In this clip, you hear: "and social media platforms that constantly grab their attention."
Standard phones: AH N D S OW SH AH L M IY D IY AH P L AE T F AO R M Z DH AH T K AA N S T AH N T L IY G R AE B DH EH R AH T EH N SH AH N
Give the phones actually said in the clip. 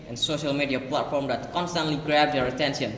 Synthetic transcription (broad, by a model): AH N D S OW SH AH L M IY D IY AH P L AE T F AO R M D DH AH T K AA N S T AH N T L IY G R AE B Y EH R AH T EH N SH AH N